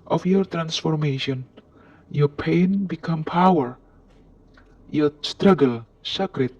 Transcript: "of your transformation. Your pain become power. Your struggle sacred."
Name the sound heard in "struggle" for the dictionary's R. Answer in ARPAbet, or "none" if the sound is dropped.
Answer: R